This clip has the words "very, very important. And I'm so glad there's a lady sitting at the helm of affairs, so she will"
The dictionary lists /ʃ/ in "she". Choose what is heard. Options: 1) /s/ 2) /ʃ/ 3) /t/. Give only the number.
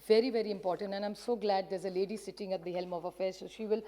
2